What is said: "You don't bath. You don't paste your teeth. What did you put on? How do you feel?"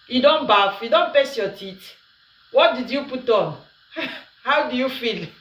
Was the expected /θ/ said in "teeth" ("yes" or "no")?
no